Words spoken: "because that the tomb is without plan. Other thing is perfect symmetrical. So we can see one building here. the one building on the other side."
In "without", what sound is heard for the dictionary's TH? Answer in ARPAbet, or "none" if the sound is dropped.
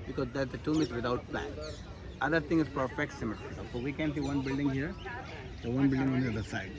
T